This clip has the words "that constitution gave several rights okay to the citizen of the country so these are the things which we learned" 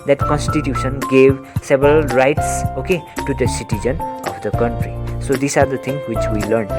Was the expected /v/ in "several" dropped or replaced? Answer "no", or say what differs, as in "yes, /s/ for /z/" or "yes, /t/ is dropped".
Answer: yes, /b/ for /v/